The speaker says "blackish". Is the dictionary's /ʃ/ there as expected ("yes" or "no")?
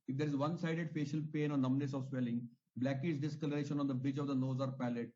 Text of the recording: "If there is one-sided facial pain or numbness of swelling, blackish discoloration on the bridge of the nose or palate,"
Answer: no